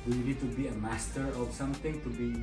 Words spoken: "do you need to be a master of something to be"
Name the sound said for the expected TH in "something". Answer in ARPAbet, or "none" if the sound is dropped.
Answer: T